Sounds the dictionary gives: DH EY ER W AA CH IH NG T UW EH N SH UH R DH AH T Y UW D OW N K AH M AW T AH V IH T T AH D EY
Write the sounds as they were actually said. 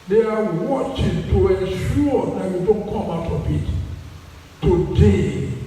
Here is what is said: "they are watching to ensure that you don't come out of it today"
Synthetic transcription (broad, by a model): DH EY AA W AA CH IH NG T UW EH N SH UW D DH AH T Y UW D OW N K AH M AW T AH B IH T T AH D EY